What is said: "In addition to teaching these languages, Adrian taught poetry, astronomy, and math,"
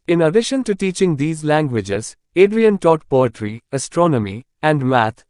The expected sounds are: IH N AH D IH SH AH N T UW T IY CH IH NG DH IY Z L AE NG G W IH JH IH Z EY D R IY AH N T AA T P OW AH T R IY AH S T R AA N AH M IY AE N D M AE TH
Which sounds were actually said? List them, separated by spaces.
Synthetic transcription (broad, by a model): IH N AH D IH SH AH N T UW T IY CH IH NG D IY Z L AE NG G W IH JH IH Z EY D R IY AH N T AA T P OW AH T R IY AH S T R AA N AH M IY AE N D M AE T